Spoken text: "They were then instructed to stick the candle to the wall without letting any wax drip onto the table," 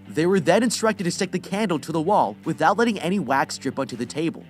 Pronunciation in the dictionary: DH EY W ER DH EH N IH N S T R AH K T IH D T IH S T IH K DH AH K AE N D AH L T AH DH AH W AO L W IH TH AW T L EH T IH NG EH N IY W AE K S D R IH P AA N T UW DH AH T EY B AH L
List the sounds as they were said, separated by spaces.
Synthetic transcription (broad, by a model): DH EY W ER DH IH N IH N S T R AH K T IH D T IH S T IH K DH AH K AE N D L T AH DH AH W AO L W IH TH AW T L EH T IH NG EH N IY W AE K S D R IH P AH N T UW DH AH T EY B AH L